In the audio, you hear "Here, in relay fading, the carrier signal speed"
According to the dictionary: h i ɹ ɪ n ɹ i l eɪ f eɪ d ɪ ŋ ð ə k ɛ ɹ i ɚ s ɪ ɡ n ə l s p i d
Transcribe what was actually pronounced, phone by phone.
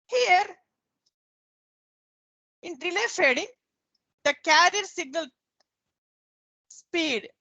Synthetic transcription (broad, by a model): h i ɹ ɪ n ɹ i l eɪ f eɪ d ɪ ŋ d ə k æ ɹ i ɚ s ɪ ɡ n ə l s p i d